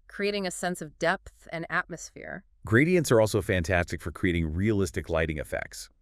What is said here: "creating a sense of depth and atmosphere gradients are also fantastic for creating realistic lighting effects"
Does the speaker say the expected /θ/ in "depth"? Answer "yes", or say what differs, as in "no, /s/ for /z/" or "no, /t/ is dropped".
yes